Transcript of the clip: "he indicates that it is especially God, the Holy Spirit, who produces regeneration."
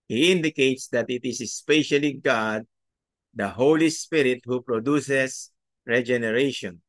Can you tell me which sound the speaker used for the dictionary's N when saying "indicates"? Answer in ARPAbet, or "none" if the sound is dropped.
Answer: N